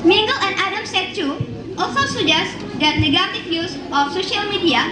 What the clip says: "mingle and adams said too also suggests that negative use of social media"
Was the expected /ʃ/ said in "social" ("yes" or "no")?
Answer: yes